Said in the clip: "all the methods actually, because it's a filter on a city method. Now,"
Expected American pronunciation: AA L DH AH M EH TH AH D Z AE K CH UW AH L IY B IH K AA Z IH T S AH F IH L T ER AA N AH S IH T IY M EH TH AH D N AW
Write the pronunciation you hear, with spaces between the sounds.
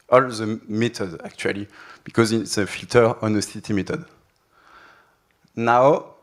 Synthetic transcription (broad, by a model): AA L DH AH M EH T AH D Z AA K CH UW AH L IY B IH K AA Z IH T S AH F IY L T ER AA N AH S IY T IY M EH T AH D N AW